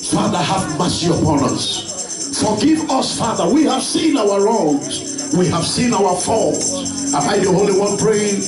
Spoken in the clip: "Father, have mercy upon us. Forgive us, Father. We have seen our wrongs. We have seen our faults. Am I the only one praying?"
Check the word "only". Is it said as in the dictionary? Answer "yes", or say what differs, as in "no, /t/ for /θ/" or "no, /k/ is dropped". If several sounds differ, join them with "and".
no, /n/ is dropped